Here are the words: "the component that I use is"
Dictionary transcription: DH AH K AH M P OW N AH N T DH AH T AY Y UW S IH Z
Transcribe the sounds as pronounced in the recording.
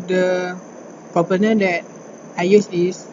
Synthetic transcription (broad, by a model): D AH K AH P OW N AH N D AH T AY Y UW S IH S